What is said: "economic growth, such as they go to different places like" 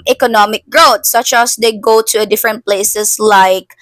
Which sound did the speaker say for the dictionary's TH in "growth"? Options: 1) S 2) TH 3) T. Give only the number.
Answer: 3